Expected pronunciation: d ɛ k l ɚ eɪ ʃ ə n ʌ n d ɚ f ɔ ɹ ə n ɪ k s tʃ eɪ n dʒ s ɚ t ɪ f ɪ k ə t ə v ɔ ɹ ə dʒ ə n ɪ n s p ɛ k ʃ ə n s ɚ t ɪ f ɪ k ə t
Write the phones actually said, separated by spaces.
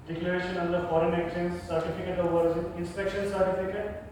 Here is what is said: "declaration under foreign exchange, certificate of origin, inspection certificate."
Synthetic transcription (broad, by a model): d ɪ k l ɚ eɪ ʃ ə n ʌ n d ɚ f ɔ ɹ ə n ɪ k tʃ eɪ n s s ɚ t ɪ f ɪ k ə t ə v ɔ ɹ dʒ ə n ɪ n s p ɛ k ʃ ə n s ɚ t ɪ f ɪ k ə t